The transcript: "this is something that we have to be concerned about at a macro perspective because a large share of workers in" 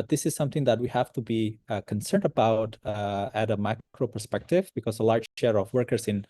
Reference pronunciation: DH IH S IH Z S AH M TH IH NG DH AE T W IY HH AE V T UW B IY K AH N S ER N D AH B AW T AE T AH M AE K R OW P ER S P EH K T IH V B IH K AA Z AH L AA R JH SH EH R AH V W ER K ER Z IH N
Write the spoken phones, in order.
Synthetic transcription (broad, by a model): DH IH S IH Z S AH M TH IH NG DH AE T W IY HH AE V T UW B IY K AH N S ER N D AH B AW T AE T AH M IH K R OW P ER S P EH K T IH V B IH K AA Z AH L AA R JH SH EH R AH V W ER K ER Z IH N